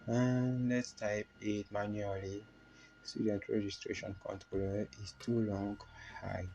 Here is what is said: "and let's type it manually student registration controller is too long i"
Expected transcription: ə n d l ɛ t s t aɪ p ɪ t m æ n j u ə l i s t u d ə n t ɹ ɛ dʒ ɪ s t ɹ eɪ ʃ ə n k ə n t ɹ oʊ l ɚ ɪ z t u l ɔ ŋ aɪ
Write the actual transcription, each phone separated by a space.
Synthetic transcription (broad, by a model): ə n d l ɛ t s t aɪ p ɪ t m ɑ n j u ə l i s t u d ə n t ɹ ɛ dʒ ɪ s t ɹ eɪ ʃ ə n k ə n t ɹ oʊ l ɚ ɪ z t u l ɔ ŋ aɪ